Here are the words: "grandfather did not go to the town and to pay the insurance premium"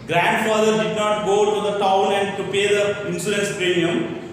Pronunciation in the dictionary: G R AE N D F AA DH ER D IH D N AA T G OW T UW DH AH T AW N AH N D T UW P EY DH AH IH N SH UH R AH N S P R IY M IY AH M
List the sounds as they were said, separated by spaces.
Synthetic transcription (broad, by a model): G R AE N D F AA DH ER D IH D N AA T G OW T UW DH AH T AW N AH N D T UW P EY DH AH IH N S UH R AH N S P R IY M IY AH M